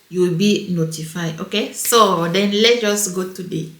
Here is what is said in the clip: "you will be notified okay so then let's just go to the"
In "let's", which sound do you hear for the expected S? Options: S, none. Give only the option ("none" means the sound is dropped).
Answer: none